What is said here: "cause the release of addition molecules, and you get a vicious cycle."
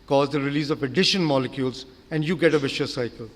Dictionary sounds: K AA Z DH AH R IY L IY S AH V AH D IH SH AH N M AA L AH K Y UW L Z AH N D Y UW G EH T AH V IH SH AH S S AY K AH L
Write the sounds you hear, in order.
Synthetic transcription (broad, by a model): K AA Z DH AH R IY L IY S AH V AH D IH SH AH N M AA L AH K Y UW L Z AH N D Y UW G EH T AH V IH SH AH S S AY K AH L